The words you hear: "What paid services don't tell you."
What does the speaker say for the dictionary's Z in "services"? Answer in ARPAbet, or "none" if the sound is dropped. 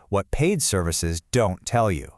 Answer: Z